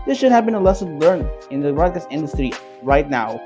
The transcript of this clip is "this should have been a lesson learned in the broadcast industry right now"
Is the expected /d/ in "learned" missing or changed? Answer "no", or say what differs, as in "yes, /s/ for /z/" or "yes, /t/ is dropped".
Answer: yes, /d/ is dropped